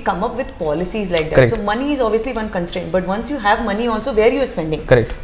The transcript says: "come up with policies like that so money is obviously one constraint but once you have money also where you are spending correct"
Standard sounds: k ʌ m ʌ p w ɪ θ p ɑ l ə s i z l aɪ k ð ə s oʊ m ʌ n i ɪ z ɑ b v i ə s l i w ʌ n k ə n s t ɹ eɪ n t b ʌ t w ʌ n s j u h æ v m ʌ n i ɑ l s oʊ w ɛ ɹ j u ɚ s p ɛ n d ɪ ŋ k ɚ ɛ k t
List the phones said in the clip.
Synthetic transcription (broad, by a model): k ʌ m ʌ p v ɪ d p ɑ l ə s i z l aɪ k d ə s oʊ m ʌ n i ɪ z ɑ b v i ə s l i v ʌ n k ə n s t ɹ eɪ n t b ʌ t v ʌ n s j u h æ v m ʌ n i ɑ l s oʊ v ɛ ɹ j u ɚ s p ɛ n d ɪ ŋ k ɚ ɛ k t